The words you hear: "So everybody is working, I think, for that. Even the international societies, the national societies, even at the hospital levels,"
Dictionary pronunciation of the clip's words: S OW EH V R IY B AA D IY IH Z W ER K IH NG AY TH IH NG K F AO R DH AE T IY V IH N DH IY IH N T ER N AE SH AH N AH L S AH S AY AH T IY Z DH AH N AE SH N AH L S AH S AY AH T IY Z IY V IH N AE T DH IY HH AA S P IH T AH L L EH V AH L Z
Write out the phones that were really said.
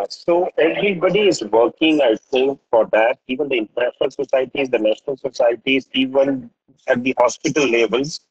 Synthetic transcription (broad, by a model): S OW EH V R IY B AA D IY IH Z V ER K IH NG AY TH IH NG K F AO R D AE T IY V IH N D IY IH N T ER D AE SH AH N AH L S AH S AY AH T IY Z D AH N AE SH N AH L S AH S AY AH T IY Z IY V IH N AE T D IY HH AA S P IH T AH L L EH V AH L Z